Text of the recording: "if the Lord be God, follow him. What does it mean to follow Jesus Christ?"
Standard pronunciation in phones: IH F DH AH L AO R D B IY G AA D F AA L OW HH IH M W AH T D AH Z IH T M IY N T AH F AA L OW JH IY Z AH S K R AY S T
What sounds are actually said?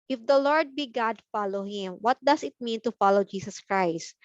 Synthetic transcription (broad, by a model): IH F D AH L AO R D B IY G AA D F AA L OW HH IH M W AH T D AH S IH T M IY N T AH F AA L OW JH IY S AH S K R AY S T